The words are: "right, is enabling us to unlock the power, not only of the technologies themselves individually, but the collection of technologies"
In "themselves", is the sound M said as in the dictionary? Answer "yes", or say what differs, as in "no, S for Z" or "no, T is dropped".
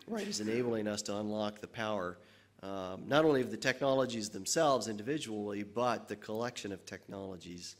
yes